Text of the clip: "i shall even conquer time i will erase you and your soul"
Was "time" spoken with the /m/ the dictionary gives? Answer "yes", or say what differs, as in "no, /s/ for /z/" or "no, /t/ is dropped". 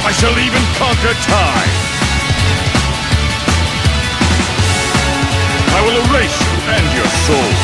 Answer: no, /m/ is dropped